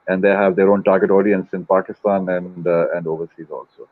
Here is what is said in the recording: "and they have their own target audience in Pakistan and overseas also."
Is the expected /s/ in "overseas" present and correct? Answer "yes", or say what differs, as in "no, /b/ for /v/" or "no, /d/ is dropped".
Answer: yes